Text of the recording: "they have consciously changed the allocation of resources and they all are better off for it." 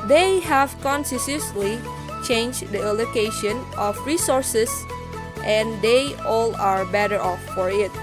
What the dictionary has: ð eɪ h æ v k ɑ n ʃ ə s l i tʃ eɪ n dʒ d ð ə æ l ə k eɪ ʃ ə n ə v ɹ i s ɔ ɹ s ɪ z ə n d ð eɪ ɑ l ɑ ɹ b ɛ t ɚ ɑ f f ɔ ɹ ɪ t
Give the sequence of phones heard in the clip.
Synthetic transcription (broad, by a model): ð eɪ h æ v k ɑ n s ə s l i tʃ eɪ n dʒ d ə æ l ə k eɪ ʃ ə n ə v ɹ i s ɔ ɹ s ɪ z ə n d eɪ ɑ l ɑ ɹ b ɛ t ɚ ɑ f f ɔ ɹ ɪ t